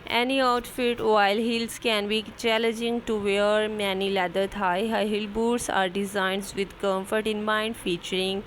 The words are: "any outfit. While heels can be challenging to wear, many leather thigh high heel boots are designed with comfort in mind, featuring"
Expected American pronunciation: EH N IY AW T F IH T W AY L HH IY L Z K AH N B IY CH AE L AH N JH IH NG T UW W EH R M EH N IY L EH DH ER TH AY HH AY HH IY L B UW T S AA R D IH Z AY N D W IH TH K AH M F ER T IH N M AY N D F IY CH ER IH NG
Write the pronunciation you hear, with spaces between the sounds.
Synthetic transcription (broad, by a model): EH N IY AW T F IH T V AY L HH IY L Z K AH N B IY CH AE L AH N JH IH NG T UW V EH R M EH N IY L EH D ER T AY HH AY HH IY L B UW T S AA R D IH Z AY N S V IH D K AH M F ER T IH N M AY N D F IY CH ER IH NG